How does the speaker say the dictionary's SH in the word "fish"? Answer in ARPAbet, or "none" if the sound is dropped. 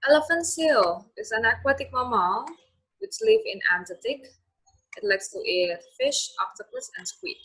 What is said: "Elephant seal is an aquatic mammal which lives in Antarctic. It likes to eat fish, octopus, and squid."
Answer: SH